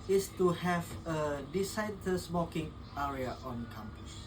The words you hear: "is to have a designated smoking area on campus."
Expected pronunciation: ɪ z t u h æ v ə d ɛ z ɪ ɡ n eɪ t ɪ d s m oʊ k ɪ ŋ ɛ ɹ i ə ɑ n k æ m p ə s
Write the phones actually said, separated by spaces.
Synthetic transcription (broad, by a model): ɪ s t u h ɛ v ə d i s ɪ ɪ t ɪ s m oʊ k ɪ ŋ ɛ ɹ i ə ɑ n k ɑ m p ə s